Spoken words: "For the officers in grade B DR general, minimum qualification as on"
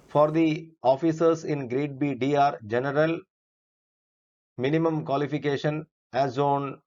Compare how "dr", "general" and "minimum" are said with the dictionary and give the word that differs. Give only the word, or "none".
dr